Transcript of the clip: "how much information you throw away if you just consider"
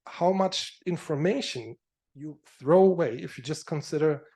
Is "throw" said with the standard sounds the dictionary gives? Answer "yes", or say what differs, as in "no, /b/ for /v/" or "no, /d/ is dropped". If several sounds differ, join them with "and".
yes